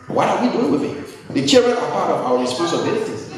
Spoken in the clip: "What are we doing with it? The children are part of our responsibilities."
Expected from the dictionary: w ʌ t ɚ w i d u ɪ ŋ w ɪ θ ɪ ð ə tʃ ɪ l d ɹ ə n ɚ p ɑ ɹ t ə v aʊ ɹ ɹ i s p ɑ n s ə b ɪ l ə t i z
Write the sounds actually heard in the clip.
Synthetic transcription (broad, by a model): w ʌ t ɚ w i d u ɪ ŋ w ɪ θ ɪ ð ə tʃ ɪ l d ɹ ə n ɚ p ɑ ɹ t ə v aʊ w ɹ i s p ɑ n s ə b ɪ l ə t i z